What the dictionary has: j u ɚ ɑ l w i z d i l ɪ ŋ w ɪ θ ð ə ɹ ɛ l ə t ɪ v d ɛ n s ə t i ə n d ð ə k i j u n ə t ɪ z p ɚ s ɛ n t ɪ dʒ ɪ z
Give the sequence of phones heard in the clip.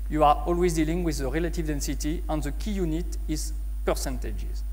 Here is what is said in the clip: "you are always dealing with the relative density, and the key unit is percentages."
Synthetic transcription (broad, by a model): j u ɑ ɑ l w i z d i l ɪ ŋ w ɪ ð ə ɹ ɛ l ə t ɪ v d ɛ n s ə t i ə n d ð ə k i j u n ə t ɪ z p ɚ s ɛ n t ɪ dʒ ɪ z